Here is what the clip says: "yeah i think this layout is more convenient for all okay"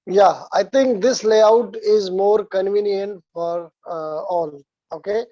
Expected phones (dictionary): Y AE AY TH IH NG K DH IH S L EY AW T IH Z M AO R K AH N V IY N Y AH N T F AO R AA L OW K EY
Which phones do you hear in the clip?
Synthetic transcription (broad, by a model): Y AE AY T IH NG K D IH S L EY AW T IH Z M AO R K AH N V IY N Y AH N T F AO R AA L OW K EY